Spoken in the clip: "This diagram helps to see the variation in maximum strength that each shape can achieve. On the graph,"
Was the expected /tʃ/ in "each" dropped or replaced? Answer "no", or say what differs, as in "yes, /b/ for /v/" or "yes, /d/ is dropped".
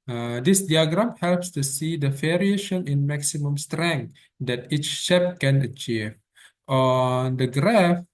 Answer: no